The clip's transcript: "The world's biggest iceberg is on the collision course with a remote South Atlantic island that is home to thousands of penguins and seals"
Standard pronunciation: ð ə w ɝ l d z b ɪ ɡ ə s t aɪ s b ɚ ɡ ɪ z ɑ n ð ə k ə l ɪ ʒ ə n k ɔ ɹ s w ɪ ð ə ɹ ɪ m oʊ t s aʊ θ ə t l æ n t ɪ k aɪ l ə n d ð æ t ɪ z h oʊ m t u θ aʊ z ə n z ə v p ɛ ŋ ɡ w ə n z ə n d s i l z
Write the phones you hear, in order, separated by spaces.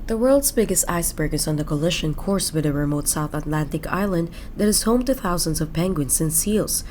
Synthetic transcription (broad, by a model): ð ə w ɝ l d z b ɪ ɡ ə s t aɪ s b ɚ ɡ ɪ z ɑ n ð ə k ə l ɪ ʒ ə n k ɔ ɹ s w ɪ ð ə ɹ ɪ m oʊ t s aʊ θ ə t l æ n t ɪ k aɪ l ə n d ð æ t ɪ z h oʊ m t u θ aʊ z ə n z ə v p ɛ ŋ ɡ w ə n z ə n s i l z